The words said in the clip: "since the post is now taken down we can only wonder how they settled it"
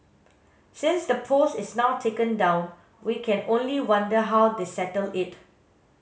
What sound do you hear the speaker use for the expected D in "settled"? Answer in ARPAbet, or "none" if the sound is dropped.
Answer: none